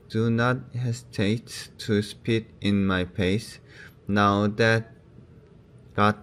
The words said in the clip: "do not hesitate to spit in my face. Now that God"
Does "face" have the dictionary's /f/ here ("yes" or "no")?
no